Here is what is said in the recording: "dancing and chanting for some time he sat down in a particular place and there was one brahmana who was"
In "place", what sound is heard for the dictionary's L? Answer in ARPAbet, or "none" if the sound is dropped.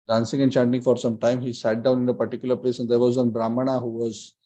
L